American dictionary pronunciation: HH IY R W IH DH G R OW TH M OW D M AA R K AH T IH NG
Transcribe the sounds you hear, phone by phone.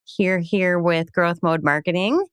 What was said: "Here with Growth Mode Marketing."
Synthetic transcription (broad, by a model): HH IY R W IH DH G R OW TH M OW D M AA R K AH T IH NG